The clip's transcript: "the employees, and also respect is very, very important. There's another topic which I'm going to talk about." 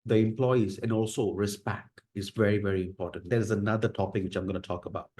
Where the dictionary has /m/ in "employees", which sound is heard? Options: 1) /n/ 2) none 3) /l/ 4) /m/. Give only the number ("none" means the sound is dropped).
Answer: 4